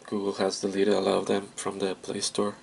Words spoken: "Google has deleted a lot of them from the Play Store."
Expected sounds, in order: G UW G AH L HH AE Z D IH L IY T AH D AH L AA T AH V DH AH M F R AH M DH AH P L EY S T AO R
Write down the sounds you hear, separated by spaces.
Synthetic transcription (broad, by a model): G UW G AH L HH AE Z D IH L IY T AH AH L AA AH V DH AH M F R AH M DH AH P L EY S T AO R